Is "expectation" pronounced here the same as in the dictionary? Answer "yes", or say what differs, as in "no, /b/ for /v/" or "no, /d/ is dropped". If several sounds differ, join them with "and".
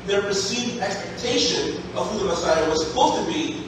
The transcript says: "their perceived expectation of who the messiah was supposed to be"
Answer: yes